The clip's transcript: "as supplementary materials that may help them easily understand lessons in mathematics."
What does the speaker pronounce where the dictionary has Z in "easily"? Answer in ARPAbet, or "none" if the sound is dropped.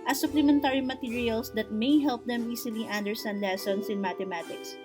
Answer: S